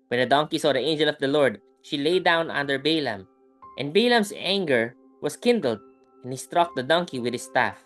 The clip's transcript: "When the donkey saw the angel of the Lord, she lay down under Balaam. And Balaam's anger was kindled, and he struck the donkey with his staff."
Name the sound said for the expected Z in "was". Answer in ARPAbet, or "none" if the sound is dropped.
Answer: S